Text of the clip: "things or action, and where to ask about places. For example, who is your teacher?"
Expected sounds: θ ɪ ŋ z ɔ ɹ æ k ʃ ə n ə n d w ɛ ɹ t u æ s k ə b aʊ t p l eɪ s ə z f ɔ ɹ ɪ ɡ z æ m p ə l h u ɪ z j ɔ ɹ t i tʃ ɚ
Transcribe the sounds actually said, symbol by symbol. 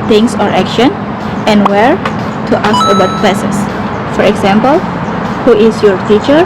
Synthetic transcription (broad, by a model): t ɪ ŋ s ɔ ɹ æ k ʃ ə n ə n w ɛ ɹ t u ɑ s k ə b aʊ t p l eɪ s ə s f ɔ ɹ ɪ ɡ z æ m p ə l h u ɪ s j ɔ ɹ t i tʃ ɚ